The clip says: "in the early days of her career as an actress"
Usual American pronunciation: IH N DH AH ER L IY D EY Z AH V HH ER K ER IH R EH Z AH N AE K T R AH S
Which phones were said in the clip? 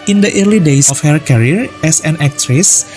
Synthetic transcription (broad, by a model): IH N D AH ER L IY D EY S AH F HH ER K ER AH R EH S AH N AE K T R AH S